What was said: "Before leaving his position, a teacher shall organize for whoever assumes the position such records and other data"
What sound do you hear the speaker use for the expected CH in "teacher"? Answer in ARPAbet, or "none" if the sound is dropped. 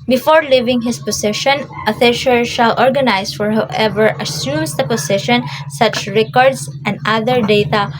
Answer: SH